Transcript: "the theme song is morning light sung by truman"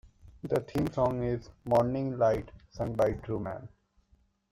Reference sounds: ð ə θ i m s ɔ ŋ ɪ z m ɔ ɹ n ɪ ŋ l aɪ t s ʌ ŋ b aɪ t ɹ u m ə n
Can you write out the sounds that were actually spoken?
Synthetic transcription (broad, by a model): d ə t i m s ɔ ŋ ɪ z m ɔ ɹ n ɪ ŋ l aɪ t s ʌ ŋ b aɪ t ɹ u m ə n